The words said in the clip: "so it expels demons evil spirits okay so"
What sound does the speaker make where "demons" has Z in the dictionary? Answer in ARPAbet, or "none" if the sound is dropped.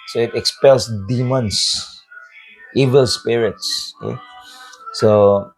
S